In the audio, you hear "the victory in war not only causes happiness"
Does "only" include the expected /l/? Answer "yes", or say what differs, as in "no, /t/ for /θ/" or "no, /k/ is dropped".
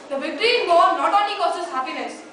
no, /l/ is dropped